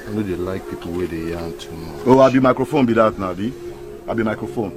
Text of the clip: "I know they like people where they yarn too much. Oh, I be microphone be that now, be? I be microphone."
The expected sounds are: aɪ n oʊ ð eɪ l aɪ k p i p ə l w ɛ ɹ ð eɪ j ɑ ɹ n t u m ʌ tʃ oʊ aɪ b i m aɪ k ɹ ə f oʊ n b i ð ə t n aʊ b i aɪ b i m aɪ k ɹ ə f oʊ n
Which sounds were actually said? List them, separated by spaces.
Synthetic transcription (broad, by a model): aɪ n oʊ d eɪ l aɪ k p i p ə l w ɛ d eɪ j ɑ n t u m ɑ oʊ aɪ b i m aɪ k ɹ ə f oʊ n b i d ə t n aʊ b i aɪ b i m aɪ k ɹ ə f oʊ n